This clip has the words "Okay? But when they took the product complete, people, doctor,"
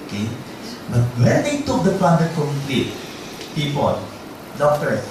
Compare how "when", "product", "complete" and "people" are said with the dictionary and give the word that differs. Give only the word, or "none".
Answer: product